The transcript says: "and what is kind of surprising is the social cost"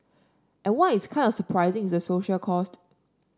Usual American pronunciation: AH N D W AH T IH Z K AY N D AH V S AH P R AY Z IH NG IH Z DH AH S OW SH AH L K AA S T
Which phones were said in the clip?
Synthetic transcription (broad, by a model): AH N W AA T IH S K AY N D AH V S AH P R AY Z IH NG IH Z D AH S OW SH AH L K AA S T